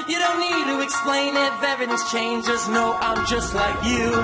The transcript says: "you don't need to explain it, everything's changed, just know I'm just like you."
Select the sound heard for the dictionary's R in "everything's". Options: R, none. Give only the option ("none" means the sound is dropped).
none